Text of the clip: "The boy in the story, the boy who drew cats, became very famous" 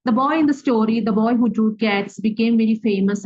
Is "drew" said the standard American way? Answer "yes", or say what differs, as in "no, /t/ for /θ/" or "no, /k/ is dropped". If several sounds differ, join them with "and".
no, /ɹ/ is dropped